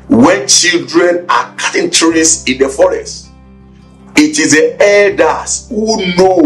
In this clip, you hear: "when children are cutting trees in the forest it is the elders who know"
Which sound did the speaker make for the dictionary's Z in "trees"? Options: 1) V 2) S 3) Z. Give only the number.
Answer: 2